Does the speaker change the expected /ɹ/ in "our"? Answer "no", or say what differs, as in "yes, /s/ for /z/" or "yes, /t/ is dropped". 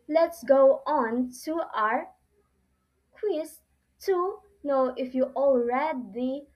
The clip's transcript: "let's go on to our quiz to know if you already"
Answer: no